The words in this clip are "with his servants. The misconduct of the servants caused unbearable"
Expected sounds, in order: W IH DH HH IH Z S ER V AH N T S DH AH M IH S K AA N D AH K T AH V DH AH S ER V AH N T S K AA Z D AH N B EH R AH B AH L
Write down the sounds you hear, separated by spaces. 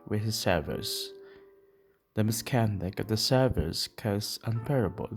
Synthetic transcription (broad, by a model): W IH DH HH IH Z S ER V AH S DH AH M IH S K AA N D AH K AH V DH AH S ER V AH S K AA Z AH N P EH R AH B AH L